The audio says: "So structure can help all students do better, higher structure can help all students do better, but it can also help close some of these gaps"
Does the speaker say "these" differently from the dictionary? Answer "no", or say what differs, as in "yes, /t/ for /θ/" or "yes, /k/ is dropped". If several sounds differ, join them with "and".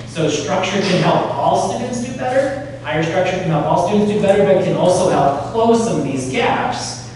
no